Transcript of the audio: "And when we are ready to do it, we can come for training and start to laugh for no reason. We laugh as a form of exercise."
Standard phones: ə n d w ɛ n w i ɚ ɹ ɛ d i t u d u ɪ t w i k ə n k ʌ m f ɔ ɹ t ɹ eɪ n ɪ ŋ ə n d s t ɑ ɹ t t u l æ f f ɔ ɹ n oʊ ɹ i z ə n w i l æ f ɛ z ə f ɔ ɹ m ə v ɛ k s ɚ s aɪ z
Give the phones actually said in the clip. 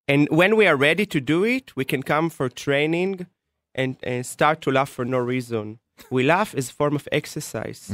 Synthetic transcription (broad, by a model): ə n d w ɛ n w i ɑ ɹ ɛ d i t u d u ɪ t w i k ə n k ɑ m f ɔ ɹ t ɹ eɪ n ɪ ŋ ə n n s t ɑ ɹ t t u l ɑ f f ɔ ɹ n oʊ ɹ i z ə n w i l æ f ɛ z ə f ɔ ɹ m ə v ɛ k s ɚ s aɪ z